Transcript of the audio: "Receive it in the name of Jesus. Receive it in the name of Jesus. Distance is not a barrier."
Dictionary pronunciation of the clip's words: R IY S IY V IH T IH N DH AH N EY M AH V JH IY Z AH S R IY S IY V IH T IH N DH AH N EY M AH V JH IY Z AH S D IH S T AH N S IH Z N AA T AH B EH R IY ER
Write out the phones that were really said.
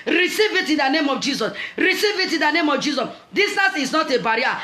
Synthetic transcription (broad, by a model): R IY S IY V IH T IH N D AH N EY M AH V JH IY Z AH S R IY S IY V IH T IH N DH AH N EY M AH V JH IY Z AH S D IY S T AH S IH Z N AA T AH B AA R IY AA